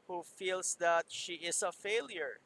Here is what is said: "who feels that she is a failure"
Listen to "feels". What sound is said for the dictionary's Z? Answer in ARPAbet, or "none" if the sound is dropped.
S